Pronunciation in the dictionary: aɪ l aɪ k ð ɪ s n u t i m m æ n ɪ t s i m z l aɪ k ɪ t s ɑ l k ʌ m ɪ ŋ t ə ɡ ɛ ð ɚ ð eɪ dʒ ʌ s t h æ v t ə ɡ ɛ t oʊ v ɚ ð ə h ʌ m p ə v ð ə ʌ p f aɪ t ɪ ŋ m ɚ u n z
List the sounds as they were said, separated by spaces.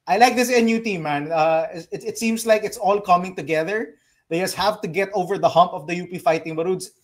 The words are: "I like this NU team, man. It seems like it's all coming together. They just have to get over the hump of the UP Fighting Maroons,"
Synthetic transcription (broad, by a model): aɪ l aɪ k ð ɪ s n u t i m m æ n ɪ t s i m s l aɪ k ɪ t s ɑ l k ʌ m ɪ ŋ t ə ɡ ɛ ð ɚ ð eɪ dʒ ʌ s t h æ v t ə ɡ ɛ t oʊ v ɚ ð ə h ʌ m p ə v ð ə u p f aɪ t ɪ ŋ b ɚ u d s